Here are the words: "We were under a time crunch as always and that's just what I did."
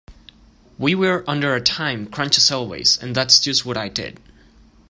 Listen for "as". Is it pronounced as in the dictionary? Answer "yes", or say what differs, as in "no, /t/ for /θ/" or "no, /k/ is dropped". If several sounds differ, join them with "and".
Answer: no, /s/ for /z/